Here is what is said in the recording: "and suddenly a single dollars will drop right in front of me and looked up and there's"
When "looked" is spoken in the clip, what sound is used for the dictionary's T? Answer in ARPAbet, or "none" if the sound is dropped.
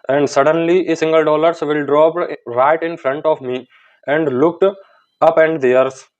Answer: T